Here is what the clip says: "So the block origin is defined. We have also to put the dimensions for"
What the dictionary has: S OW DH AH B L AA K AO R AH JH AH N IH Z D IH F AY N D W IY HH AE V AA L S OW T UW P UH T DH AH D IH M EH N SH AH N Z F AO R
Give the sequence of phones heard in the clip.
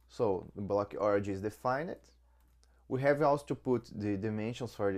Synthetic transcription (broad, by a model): S OW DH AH B L AA K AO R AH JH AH IH Z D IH F AY N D W IY HH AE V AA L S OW T UW P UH T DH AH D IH M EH N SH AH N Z F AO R